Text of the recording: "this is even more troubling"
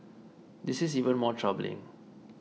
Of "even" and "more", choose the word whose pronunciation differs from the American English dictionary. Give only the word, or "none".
none